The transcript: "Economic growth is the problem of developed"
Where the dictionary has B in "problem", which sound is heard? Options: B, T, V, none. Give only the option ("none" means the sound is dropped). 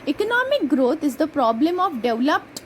B